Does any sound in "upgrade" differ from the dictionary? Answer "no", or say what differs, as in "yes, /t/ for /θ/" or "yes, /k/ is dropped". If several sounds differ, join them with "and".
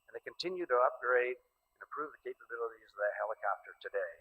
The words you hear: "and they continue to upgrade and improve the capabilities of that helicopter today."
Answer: no